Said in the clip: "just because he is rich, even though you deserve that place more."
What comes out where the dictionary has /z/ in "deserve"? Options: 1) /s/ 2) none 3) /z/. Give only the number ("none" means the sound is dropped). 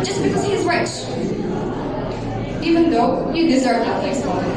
3